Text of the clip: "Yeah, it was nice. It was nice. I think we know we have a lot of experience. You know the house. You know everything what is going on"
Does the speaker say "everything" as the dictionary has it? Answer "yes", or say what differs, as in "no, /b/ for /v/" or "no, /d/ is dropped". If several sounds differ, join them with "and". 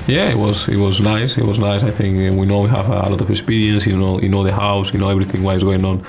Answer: yes